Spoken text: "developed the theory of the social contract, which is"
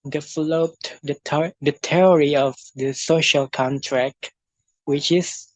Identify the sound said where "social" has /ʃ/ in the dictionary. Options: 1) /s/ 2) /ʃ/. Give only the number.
2